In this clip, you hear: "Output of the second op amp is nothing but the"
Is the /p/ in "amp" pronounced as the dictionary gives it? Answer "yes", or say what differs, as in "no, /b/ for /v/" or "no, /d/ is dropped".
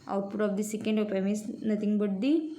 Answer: no, /p/ is dropped